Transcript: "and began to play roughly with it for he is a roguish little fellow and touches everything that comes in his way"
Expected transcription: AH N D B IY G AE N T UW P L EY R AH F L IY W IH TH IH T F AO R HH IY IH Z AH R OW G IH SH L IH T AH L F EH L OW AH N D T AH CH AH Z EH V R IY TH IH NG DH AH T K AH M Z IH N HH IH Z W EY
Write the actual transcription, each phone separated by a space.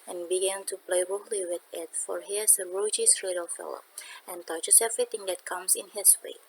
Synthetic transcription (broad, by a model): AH N B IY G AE N T UW P L EY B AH L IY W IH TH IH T F AO R HH IY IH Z AH R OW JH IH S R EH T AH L F EH L OW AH N T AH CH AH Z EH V R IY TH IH NG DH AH T K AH M S IH N HH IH S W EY